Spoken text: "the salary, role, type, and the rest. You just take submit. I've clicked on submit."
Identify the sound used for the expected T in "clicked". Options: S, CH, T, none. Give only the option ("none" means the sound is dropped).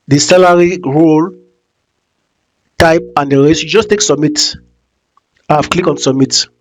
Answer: none